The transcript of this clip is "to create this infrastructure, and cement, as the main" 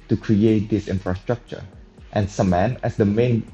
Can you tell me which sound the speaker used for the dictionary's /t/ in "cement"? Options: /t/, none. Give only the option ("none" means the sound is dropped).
none